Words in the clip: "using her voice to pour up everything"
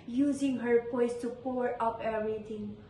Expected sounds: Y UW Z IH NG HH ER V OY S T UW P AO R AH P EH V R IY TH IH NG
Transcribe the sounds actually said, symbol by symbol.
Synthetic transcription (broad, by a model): Y UW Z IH NG HH ER P OY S T UW P AO R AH P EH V R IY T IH NG